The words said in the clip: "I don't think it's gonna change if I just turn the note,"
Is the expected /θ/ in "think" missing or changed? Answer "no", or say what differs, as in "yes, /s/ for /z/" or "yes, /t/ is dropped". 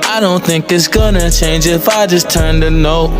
no